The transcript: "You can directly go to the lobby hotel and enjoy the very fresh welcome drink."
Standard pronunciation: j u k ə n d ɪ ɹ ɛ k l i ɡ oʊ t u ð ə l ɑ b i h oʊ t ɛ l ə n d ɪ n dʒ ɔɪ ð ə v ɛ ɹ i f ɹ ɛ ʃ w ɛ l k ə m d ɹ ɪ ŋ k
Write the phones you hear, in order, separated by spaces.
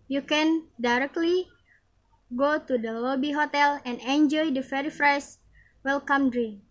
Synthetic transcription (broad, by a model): j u k ə n d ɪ ɹ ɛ k l i ɡ oʊ t u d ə l ɑ b i h oʊ t ɛ l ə n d ɪ n dʒ ɔɪ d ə f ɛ ɹ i f ɹ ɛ s w ɛ l k ə m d ɹ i